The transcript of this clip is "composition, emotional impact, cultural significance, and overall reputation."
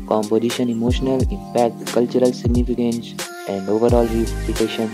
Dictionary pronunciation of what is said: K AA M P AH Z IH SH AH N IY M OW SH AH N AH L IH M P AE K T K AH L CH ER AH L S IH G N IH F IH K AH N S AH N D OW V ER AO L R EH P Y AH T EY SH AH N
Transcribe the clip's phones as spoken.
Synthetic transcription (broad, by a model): K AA M P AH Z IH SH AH N IY M OW SH AH N AH L IH M P AE K T K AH L CH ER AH L S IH G N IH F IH K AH N S AH N D OW V ER AO L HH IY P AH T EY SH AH N